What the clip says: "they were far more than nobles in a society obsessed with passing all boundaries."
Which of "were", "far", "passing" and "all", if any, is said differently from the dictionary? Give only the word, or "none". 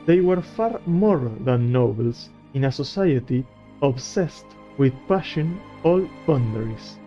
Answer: passing